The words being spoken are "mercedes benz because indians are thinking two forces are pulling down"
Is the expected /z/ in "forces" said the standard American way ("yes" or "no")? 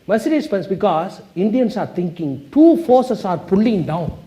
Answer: no